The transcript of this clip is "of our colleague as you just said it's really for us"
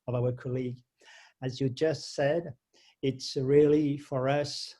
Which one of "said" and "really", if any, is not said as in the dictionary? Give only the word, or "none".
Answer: none